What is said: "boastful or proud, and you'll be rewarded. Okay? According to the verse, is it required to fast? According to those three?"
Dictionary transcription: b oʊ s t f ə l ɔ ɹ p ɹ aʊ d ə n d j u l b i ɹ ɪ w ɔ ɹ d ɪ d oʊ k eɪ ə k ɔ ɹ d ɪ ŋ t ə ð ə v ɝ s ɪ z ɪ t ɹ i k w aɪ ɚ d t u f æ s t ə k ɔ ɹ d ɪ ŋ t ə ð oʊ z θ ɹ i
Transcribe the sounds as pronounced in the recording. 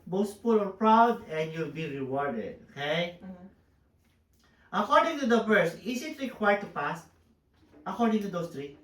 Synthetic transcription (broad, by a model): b oʊ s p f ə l ɔ ɹ p ɹ aʊ d ə n d j u l b i ɹ ɪ w ɔ ɹ d ɪ d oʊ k eɪ ə k ɔ ɹ d ɪ ŋ t ə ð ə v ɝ s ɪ s ɪ t ɹ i k w aɪ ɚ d t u p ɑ s t ə k ɔ ɹ d ɪ ŋ t ə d oʊ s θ ɹ i